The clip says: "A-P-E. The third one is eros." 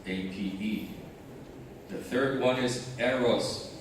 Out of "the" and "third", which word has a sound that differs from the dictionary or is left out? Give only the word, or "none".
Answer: none